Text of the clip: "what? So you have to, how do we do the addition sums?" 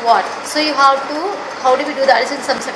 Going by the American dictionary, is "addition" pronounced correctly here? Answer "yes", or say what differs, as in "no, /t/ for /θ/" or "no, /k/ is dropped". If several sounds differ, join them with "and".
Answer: no, /s/ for /ʃ/